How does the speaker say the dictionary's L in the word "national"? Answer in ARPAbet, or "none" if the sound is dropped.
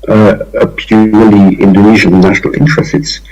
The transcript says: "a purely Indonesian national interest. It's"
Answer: L